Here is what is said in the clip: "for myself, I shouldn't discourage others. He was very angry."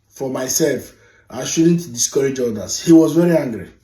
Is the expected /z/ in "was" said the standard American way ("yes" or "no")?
yes